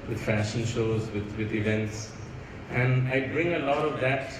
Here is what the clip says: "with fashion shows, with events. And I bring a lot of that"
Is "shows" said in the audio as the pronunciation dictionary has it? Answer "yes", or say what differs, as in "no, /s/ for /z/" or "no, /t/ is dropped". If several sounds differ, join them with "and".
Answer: yes